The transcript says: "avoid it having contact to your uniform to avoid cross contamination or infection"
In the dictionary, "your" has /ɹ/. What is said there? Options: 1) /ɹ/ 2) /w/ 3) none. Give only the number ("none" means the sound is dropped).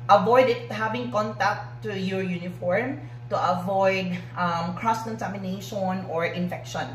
1